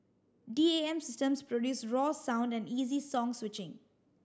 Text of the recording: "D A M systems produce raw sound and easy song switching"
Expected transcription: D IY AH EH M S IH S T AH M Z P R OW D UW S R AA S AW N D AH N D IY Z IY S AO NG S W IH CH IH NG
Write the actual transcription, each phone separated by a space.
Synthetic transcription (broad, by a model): D IY AH EH M S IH S T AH M S P R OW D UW S R AA S AW N D AH N D IY Z IY S AO NG S W IH CH IH NG